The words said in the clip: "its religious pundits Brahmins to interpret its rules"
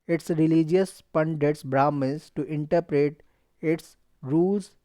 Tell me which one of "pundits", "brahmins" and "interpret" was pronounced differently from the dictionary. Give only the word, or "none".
brahmins